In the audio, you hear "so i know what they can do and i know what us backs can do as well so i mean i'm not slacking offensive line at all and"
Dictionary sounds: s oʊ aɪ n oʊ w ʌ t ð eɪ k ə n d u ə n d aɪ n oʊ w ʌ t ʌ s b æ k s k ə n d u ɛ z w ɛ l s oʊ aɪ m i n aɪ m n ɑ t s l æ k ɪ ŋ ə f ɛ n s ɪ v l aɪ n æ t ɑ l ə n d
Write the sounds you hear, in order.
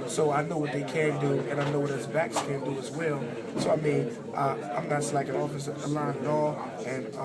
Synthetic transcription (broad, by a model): s oʊ aɪ n oʊ w ʌ t ð eɪ k ə n d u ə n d aɪ n oʊ w ʌ t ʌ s b æ k s k ə n d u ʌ z w ɛ l s oʊ aɪ m i n aɪ m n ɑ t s l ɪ k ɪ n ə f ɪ s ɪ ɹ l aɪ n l ɑ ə n